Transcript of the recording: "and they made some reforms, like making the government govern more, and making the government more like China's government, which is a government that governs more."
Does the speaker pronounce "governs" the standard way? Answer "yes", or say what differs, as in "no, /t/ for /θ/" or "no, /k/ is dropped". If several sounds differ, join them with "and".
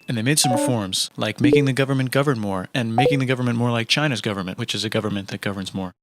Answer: yes